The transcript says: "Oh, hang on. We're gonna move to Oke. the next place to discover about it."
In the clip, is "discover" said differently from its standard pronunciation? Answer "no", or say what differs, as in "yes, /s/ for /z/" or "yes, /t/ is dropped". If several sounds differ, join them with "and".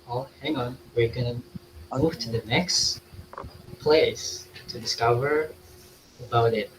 no